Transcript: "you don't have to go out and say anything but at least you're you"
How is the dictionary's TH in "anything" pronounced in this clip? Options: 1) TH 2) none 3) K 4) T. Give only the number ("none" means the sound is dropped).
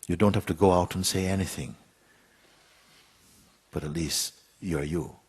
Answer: 1